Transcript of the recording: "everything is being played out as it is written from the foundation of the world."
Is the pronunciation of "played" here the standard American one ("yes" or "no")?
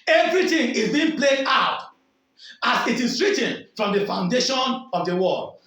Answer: no